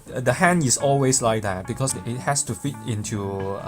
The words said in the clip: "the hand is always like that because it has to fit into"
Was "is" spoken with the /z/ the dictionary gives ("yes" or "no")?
no